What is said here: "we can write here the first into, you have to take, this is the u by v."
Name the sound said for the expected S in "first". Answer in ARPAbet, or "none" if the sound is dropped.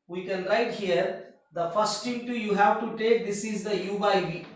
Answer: S